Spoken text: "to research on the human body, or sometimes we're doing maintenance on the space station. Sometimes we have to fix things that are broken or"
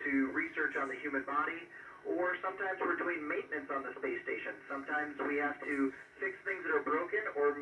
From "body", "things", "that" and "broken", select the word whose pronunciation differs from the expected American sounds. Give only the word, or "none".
none